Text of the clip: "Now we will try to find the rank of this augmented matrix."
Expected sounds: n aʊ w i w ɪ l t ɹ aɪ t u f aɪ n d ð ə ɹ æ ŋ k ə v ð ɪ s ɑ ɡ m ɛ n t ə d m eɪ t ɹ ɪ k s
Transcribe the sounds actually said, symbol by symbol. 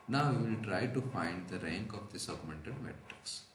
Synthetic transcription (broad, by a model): n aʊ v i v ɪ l t ɹ aɪ t u f aɪ n d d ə ɹ æ ŋ k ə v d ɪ s ɑ ɡ m ɛ n t ə d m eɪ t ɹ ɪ k s